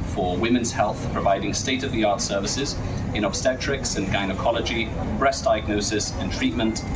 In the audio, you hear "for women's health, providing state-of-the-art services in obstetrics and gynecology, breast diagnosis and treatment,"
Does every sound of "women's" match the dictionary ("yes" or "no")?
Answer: yes